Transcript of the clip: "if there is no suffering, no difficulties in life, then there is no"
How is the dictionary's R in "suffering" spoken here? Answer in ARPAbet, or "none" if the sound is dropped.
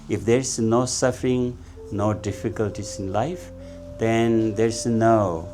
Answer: R